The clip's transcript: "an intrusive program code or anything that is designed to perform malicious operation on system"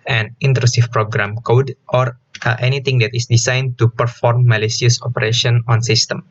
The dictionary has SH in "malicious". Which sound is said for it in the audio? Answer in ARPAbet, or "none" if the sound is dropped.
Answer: S